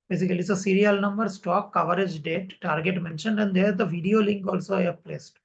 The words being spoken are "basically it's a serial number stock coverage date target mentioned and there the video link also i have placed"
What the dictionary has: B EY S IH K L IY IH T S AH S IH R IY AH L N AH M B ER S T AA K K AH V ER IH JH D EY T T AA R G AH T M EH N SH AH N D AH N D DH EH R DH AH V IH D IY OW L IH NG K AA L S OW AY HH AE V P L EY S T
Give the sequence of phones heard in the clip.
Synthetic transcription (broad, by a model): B EY S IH K L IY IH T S AH S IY R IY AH L N AH M B ER S T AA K K AH V ER IH JH D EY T T AA R G AH T M EH N SH AH N D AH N D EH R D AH V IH D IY OW L IH NG K AA L S OW AY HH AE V P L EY S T